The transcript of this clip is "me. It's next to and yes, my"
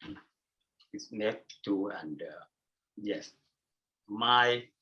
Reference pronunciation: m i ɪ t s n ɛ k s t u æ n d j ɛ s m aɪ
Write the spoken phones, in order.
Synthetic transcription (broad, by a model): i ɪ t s n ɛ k t u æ n d j ɛ s m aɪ